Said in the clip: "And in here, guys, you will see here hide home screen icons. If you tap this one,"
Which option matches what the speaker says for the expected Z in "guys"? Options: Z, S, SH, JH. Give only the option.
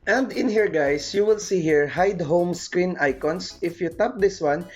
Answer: S